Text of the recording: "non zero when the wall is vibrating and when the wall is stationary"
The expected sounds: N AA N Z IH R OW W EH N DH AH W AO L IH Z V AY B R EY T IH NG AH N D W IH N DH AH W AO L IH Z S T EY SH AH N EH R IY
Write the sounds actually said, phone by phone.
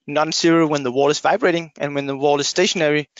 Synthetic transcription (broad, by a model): N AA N S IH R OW W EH N DH AH W AO L IH Z V AY B R EY T IH NG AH N W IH N DH AH W AO L IH Z S T EY SH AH N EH R IY